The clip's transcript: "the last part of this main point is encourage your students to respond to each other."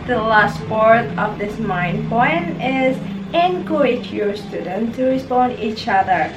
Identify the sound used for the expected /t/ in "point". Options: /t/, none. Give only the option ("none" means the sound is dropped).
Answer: none